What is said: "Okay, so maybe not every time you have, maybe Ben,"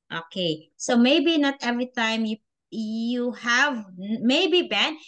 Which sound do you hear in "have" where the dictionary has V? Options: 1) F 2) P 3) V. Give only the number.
3